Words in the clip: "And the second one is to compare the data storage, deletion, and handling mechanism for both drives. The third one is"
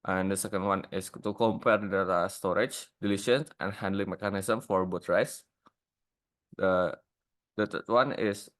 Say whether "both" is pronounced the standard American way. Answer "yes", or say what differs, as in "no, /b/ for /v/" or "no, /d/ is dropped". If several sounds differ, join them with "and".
no, /t/ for /θ/